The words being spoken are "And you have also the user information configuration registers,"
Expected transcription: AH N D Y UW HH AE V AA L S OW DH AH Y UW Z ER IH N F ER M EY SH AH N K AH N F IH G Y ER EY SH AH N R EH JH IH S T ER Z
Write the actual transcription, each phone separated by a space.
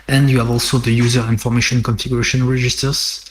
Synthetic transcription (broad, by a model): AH N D Y UW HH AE V AA L S OW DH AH Y UW Z ER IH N F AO M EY SH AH N K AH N F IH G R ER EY SH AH N R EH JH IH S T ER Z